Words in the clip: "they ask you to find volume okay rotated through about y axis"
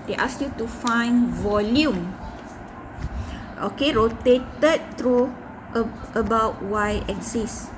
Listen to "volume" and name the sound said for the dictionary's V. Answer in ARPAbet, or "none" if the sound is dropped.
V